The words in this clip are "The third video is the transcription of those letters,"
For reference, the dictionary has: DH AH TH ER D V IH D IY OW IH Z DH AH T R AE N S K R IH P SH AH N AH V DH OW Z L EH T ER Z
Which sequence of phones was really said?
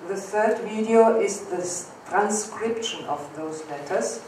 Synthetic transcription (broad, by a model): DH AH TH ER D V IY D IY OW IH Z DH AH T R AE N S K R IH P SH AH N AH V DH OW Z L EH T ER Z